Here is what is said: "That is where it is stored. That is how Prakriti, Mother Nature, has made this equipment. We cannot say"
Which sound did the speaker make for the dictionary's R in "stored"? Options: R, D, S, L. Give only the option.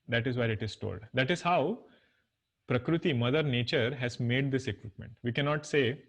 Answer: L